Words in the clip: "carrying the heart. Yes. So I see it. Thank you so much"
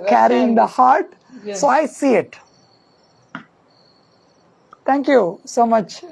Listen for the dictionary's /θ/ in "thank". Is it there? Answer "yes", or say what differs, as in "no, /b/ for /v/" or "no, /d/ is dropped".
no, /t/ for /θ/